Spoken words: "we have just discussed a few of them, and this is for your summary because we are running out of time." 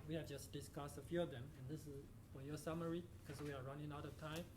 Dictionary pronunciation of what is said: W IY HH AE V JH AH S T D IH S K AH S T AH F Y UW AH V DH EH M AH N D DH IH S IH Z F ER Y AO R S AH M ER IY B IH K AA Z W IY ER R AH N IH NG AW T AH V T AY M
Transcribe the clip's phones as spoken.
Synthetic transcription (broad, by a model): W IY HH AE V JH AH S T D IH S K AH S T AH F Y UW AH V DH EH M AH N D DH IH S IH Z F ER Y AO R S AH M ER IY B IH K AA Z W IY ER R AH N IH NG AW T AH V T AY M